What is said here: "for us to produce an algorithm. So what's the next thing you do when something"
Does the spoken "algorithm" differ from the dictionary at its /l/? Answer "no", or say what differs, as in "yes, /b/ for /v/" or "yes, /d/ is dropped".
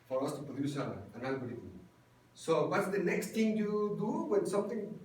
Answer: yes, /n/ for /l/